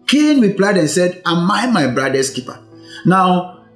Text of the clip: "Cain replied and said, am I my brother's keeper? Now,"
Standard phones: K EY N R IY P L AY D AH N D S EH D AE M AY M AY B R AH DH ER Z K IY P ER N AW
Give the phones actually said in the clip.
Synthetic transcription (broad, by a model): K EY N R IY P L AY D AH N S EH D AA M AY M AY B R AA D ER S K IY P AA N AW